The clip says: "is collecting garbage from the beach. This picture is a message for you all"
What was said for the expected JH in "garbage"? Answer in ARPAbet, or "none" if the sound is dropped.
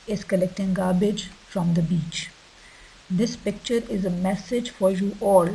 JH